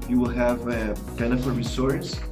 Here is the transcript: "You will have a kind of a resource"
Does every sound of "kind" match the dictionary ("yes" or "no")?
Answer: no